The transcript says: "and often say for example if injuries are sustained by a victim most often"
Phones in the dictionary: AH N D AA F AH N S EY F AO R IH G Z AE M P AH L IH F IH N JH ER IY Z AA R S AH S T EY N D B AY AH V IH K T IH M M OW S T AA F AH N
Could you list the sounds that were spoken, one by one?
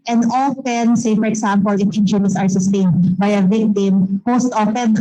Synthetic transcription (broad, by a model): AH N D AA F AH N S EY F AO R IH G S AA M P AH L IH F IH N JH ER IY S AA R S AH S T EY N D B AY AH V IH K T IH M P OW S T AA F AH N